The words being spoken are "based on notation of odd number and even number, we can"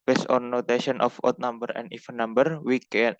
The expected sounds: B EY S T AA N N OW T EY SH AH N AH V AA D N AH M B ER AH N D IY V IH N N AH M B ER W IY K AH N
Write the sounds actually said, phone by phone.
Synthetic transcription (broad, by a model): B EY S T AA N N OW T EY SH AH N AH F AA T N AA M B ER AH N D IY F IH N N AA M B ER W IY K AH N